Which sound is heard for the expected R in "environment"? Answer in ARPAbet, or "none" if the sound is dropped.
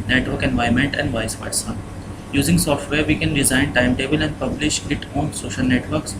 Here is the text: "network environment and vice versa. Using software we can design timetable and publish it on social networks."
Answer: none